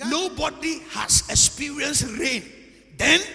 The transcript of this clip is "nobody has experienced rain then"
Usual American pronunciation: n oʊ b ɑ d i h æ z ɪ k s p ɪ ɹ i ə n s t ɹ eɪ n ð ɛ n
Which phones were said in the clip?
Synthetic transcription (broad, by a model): n oʊ b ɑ d i h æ s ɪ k s p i ɹ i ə n s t ɹ eɪ n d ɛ n